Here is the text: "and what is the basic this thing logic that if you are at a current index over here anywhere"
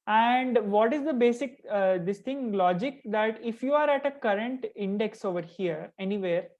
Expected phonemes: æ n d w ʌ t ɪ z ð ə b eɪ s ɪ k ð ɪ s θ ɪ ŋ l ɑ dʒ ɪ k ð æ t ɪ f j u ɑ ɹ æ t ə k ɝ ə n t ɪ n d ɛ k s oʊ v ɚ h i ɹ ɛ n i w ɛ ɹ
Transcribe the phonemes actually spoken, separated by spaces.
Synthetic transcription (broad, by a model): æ n d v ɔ t ɪ z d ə b eɪ s ɪ k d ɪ s t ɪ ŋ l ɑ dʒ ɪ k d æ t ɪ f j u ɑ ɹ æ t ə k ɝ ə n t ɪ n d ɛ k s oʊ v ɚ h i ɹ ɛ n i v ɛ ɹ